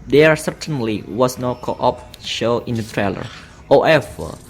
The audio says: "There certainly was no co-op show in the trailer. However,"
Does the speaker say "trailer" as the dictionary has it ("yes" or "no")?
yes